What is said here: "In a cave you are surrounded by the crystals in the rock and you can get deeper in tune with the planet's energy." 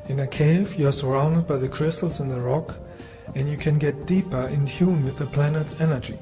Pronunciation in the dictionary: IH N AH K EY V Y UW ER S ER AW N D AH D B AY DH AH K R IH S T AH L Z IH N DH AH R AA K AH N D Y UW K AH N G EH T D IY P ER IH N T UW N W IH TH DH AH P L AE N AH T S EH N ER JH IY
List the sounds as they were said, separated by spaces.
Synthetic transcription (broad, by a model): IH N AH K EY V Y ER S ER AW N D AH D B AY DH AH K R IH S T L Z IH N DH AH R AA K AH N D Y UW K AH N G EH T D IY P ER IH N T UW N W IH DH AH P L AE N AH T S EH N ER JH IY